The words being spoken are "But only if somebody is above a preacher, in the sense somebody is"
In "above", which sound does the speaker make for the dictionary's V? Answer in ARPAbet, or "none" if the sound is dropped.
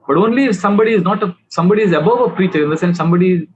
V